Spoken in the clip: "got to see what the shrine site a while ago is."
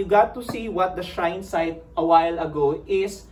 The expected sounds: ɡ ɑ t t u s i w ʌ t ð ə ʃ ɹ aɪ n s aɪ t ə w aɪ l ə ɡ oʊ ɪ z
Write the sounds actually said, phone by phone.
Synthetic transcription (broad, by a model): ɡ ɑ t t u s i w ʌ t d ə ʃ aɪ n s aɪ t ə w aɪ l ə ɡ oʊ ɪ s